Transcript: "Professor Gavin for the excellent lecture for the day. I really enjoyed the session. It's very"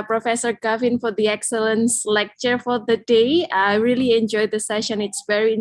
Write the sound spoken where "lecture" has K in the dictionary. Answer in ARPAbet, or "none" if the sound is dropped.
K